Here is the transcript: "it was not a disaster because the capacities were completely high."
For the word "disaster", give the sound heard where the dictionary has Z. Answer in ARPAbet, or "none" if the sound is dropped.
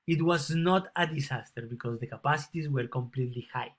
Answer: S